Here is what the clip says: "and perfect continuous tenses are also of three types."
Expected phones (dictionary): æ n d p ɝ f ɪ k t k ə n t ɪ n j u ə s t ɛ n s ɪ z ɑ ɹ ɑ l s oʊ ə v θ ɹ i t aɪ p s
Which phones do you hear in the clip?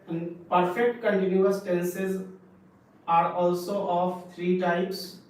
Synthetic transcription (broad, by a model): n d p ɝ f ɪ k t k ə n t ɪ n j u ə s t ɛ n s ɪ z ɑ ɹ ɑ l s oʊ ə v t ɹ i t aɪ p s